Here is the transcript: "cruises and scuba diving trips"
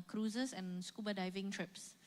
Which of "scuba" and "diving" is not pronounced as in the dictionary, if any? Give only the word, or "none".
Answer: none